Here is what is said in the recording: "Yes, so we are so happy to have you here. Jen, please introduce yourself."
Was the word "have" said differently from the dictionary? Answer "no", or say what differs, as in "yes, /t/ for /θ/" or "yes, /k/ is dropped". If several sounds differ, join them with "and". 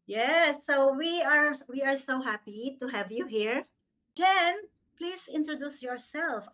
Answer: no